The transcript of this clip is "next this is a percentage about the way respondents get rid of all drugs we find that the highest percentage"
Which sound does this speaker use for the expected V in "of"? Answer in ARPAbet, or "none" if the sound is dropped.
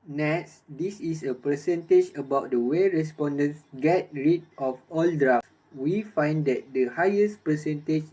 F